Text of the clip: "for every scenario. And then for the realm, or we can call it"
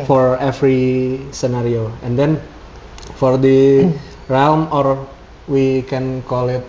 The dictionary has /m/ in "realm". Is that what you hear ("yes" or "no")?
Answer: yes